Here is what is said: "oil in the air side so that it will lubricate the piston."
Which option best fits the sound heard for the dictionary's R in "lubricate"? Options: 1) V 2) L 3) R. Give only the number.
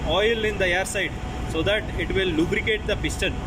3